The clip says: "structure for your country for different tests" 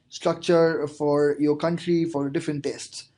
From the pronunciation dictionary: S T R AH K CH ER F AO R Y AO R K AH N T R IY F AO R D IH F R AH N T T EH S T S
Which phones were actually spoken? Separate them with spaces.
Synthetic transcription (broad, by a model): S T R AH K CH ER F AO R Y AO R K AH N T R IY F AO R D IH F R AH N T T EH S T S